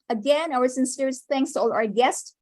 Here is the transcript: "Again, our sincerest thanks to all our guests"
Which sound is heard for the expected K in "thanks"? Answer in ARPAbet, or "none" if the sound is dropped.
K